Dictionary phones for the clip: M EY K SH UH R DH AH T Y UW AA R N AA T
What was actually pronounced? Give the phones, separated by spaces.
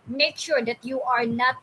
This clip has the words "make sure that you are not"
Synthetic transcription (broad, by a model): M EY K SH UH R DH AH T Y UW AA R N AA T